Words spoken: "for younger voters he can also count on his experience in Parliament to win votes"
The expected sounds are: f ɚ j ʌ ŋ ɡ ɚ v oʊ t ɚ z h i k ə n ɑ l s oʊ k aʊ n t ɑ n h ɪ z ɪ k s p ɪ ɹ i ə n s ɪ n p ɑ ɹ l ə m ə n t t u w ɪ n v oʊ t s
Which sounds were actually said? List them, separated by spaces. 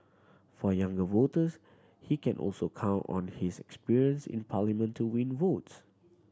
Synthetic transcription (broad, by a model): f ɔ j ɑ ŋ ɡ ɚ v oʊ t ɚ s h i k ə n ɑ l s oʊ k aʊ n t ɑ n h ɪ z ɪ k s p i ɹ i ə n s ɪ n p ɑ l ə m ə n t t u w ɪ n v oʊ t s